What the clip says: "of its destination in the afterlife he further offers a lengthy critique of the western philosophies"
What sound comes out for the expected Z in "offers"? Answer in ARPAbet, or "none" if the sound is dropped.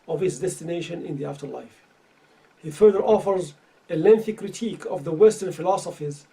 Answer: Z